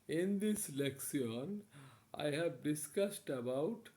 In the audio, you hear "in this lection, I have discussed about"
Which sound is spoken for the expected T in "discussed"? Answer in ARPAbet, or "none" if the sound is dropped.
T